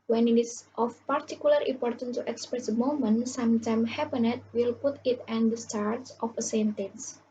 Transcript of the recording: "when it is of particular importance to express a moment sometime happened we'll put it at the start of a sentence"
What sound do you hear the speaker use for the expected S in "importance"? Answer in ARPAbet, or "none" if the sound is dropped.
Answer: none